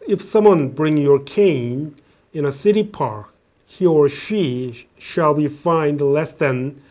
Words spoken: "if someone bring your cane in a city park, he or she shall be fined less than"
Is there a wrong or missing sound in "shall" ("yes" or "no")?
no